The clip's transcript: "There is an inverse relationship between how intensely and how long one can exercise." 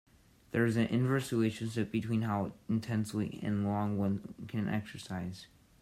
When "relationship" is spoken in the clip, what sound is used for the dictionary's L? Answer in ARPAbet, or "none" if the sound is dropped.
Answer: none